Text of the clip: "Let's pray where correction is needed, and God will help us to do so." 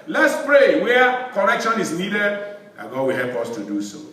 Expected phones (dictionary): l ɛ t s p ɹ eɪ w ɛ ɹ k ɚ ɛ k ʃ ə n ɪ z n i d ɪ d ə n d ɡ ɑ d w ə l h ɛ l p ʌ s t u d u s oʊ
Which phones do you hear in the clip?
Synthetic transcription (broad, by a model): l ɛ t s p ɹ eɪ w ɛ k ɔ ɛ k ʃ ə n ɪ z n i d ɪ d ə ɡ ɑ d w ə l h ɛ l p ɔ s t u d u s oʊ